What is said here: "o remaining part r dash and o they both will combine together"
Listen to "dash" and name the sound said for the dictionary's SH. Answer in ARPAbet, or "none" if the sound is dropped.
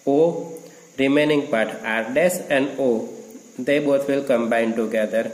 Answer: S